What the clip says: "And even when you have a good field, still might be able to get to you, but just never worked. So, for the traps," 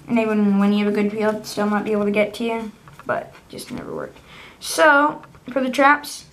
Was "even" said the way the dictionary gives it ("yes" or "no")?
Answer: no